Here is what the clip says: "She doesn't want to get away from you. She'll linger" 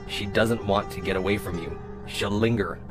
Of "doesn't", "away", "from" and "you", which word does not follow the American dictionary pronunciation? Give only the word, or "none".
none